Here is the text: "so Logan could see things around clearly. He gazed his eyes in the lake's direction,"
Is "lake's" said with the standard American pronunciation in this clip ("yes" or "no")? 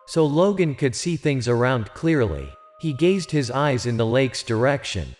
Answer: yes